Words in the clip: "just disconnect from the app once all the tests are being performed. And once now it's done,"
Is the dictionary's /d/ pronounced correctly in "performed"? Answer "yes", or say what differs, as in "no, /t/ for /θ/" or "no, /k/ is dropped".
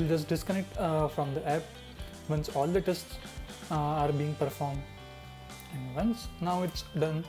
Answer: yes